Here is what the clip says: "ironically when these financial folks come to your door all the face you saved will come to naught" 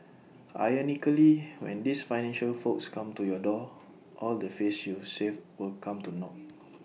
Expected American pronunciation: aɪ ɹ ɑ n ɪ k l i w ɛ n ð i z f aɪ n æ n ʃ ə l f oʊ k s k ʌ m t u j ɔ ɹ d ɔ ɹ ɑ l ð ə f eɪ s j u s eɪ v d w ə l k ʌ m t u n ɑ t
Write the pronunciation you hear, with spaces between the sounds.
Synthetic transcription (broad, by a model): aɪ ɑ n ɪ k l i w ɛ n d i s f aɪ n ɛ n ʃ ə l f oʊ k s k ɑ m t u j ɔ d ɔ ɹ ɑ l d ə f eɪ s j u s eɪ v w ə l k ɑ m t u n ɑ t